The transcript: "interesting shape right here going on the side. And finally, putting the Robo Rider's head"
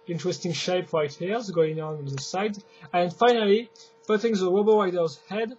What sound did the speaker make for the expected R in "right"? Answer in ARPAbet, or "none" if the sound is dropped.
R